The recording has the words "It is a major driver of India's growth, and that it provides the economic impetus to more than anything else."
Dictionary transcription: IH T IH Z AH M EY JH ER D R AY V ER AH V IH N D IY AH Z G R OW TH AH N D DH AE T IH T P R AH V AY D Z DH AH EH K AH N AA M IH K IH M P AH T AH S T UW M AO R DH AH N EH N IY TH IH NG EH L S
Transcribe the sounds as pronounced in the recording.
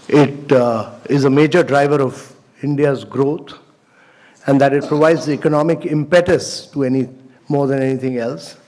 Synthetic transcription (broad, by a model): IH T IH Z AH M EY JH ER D R AY V ER AH V IH N D IY AH Z G R OW T AH N D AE T IH T P R AH V AY D Z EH K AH N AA M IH K IH M P AH T AH S T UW M AO R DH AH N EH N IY T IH NG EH L S